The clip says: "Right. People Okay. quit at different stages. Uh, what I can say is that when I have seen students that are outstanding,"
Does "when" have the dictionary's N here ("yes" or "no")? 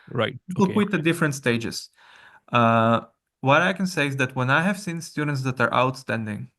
yes